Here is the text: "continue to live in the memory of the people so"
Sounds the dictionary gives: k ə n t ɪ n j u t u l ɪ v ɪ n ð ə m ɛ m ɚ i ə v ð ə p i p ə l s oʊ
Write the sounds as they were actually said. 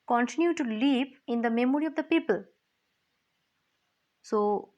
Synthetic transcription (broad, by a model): k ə n t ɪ n j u t u l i p ɪ n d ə m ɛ m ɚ i ə v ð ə p i p ə l s oʊ